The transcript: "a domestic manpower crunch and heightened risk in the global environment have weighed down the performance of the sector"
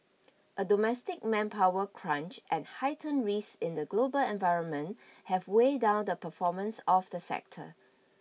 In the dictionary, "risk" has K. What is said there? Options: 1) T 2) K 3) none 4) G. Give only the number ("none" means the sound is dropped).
3